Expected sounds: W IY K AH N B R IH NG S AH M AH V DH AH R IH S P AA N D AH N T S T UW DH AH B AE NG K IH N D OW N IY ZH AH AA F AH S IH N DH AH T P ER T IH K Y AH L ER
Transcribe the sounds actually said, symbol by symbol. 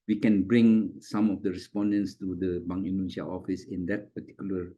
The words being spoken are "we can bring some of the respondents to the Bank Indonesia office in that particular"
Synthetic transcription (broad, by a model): W IY K AH N B R IH NG S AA M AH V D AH R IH S P AA N D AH N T S T UW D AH B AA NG IH N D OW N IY SH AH AA F AH S IH N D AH T P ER T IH K Y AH L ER